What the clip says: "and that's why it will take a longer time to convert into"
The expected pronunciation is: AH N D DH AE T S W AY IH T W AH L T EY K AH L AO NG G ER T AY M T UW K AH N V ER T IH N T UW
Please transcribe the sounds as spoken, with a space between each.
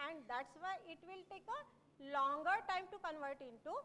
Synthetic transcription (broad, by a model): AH N D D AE T S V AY IH T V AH L T EY K AH L AO NG G ER T AY M T UW K AH N V ER T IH N T UW